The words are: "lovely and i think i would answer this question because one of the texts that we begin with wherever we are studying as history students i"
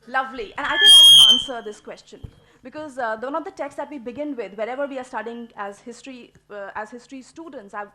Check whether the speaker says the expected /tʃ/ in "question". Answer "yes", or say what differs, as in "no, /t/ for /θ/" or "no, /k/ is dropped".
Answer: yes